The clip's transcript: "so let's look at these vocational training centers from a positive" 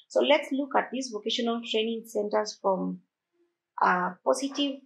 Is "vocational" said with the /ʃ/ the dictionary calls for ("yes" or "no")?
yes